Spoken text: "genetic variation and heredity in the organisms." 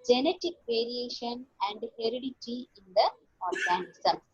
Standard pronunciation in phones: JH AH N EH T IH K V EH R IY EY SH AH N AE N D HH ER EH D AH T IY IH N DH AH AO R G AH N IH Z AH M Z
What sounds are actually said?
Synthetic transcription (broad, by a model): JH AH N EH T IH K V EH R IY EY SH AH N AE N D HH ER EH D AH T IY IH N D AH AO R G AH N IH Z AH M